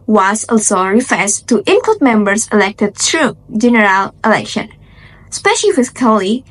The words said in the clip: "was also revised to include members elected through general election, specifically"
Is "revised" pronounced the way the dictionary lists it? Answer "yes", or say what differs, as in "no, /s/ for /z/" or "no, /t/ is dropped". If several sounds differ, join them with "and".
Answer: no, /f/ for /v/